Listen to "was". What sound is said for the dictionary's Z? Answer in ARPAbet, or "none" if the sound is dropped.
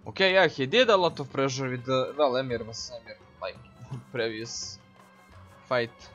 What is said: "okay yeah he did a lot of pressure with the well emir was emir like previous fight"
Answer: S